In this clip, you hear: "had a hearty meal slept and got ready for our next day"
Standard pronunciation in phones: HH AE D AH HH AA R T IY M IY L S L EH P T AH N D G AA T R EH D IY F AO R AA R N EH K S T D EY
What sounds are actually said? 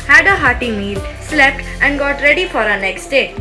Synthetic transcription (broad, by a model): HH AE D AH HH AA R T IY M IY L S L EH P T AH N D G AA T R EH D IY F AO R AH N EH K S T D EY